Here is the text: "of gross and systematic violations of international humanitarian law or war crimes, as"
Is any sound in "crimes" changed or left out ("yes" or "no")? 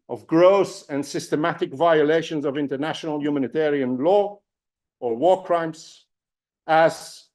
yes